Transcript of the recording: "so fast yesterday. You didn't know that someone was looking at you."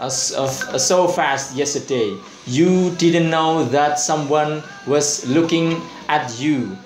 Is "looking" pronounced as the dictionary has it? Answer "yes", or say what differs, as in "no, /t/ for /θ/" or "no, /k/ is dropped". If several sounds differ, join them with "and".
yes